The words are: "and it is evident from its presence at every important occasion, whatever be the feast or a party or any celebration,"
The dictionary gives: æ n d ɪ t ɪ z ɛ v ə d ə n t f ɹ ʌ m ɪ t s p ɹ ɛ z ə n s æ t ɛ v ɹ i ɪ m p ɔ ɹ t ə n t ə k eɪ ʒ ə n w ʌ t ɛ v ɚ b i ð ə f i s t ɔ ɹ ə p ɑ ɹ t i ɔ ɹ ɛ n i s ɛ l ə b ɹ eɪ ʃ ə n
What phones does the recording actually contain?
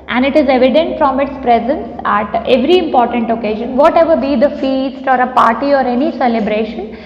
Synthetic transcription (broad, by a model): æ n d ɪ t ɪ z ɛ v ə d ə n t f ɹ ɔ m ɪ t s p ɹ ɛ z ə n s æ t ɛ v ɹ i ɪ m p ɔ ɹ t ə n t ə k eɪ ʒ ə n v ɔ t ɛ v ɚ b i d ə f i s t ɔ ɹ ə p ɑ ɹ t i ɔ ɹ ɛ n i s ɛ l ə b ɹ eɪ ʃ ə n